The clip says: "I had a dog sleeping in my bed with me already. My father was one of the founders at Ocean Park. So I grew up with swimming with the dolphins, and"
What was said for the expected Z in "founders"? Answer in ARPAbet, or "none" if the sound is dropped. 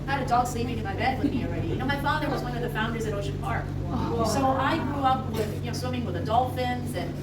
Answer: Z